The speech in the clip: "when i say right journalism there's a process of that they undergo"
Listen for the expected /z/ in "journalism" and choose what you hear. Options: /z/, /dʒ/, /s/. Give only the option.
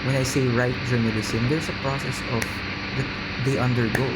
/s/